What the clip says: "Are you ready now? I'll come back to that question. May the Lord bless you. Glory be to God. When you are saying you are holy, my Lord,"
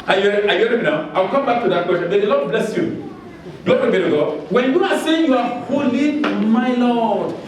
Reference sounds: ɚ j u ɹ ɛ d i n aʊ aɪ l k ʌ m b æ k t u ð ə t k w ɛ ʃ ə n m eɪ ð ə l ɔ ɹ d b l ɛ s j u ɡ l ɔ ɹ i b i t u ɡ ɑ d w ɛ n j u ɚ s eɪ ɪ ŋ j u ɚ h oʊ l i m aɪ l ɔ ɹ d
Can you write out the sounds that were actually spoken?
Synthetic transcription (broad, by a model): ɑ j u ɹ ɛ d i n aʊ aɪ w k ʌ m b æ k t u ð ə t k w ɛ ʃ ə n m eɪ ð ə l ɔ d b l ɛ s j u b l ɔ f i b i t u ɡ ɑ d w ɛ n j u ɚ s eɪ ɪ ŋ j u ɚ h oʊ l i m aɪ l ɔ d